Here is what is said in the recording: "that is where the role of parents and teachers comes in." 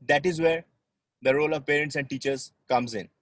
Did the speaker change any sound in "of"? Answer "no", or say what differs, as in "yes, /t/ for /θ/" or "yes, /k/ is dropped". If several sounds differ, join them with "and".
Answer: no